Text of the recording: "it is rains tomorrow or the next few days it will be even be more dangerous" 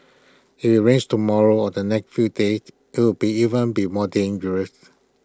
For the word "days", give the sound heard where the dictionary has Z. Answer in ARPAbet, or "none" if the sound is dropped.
none